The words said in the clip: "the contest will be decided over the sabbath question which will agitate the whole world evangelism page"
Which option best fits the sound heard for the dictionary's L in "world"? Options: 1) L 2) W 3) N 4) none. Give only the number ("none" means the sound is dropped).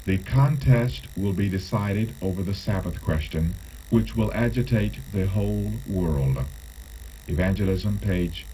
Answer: 1